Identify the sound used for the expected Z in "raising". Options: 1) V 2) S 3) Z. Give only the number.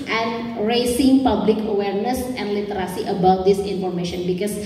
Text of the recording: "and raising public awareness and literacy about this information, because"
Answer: 2